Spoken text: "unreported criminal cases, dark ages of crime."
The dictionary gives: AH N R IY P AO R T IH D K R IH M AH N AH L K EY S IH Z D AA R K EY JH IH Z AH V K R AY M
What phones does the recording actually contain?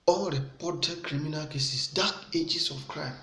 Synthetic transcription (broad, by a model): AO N R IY P AO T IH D K R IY M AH N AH L K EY S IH S D AA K EY JH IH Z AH F K R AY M